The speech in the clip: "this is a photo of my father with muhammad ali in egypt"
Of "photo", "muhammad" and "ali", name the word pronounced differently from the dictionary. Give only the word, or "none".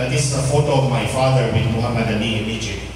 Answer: ali